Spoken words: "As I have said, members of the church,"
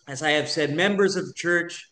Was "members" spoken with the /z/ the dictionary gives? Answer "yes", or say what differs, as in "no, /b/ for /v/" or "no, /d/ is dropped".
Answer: yes